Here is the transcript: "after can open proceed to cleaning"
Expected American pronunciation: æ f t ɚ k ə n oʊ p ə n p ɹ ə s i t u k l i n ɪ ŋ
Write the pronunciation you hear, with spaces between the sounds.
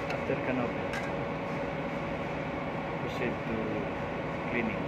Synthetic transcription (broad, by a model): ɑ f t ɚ k ə n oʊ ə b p ə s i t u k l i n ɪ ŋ